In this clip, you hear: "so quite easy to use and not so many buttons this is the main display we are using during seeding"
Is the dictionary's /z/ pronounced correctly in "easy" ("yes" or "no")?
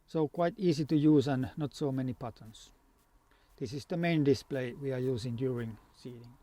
no